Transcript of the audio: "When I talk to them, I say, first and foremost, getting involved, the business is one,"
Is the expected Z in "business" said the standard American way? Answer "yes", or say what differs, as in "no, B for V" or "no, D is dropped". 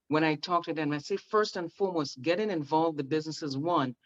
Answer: yes